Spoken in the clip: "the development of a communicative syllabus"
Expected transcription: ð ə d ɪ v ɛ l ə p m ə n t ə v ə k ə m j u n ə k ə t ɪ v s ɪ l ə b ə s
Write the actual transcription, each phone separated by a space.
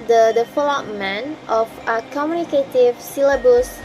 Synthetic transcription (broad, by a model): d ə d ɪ f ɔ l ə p m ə n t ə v ə k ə m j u n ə k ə t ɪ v s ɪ l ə b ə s